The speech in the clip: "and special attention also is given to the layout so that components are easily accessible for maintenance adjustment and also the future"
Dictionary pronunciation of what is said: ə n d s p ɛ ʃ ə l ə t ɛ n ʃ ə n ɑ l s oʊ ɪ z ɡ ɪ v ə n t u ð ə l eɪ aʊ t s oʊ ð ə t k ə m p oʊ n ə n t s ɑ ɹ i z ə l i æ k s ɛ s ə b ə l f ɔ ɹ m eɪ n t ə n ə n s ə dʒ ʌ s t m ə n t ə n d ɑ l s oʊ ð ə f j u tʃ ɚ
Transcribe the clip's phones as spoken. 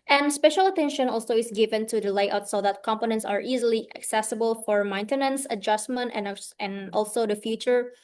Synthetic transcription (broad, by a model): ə n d s p ɛ ʃ ə l ə t ɛ n ʃ ə n ɑ l s oʊ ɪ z ɡ ɪ v ə n t u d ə l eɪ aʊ t s oʊ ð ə t k ə m p oʊ n ə n t s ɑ ɹ i z ə l i æ k s ɛ s ə b ə l f ɔ ɹ m eɪ n t ə n ə n s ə dʒ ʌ s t m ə n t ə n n ɑ l s oʊ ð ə f j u tʃ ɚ